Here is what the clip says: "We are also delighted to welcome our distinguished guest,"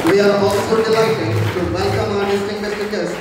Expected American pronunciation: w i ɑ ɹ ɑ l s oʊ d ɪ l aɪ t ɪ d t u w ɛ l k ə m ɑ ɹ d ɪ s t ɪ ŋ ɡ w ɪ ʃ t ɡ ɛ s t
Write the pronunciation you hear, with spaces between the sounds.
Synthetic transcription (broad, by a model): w i ɑ ɹ ɑ l s oʊ d ɪ l aɪ t ɪ d t u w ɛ l k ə m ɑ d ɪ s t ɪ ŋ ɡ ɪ s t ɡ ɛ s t